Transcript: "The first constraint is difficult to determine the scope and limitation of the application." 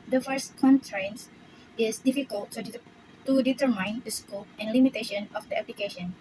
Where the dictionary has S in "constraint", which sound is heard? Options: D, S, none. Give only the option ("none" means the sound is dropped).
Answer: none